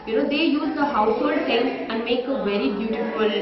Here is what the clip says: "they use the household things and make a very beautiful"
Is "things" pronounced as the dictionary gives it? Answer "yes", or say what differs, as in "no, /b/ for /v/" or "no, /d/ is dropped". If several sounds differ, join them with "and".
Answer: no, /s/ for /θ/